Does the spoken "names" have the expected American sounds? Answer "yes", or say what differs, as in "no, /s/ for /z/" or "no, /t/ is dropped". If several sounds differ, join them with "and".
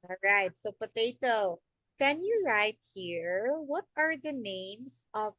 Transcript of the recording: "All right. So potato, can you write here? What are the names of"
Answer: no, /s/ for /z/